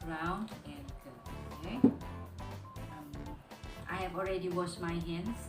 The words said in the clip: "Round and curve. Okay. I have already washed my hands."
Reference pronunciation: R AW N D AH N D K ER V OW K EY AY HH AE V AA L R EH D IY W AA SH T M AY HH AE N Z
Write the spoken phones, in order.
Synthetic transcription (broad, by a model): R AW N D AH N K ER OW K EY AY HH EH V AA L R EH D IY W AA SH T M AY HH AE N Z